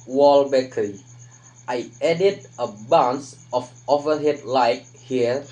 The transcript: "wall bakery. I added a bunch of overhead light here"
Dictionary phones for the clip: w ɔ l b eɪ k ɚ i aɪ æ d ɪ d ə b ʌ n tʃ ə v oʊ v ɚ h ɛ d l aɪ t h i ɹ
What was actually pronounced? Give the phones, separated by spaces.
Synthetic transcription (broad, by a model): w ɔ l b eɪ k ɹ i aɪ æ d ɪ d ə b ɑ n s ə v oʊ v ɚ h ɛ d l aɪ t h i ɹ